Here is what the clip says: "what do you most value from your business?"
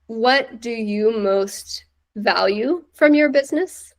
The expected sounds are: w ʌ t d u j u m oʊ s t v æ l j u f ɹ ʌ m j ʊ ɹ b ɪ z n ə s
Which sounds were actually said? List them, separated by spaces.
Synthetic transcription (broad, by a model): w ʌ t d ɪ j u m oʊ s t v æ l j u f ɹ ʌ m j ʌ ɹ b ɪ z n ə s